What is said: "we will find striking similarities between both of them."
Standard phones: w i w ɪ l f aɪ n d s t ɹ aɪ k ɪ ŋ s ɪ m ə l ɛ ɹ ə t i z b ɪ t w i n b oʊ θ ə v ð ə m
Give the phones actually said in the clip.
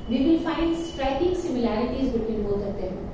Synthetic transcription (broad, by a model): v i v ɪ l f aɪ n d s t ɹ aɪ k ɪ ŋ s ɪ m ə l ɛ ɹ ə t i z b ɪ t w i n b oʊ s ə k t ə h